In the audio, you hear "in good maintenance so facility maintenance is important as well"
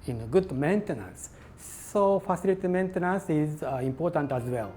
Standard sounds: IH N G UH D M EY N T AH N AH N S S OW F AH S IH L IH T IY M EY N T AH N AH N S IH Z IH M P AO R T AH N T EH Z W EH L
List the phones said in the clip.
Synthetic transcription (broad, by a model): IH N G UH D M EY N T AH N AH N S S OW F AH S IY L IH T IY M EY N T AH N AH N S IH Z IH M P AO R T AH N T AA Z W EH L